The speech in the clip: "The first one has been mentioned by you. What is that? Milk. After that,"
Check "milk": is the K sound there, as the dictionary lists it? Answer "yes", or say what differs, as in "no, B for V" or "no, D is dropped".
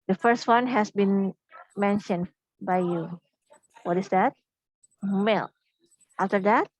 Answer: no, K is dropped